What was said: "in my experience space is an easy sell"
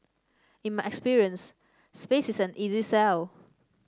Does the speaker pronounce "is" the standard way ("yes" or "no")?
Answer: no